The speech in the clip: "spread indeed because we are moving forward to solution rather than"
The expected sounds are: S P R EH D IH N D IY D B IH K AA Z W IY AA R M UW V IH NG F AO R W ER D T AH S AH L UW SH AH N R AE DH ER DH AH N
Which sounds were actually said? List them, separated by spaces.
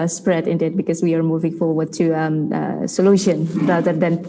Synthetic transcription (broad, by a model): S P R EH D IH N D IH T B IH K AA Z W IY AA R M UW V IH NG F AO R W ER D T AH S AH L UW SH AH N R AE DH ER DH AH N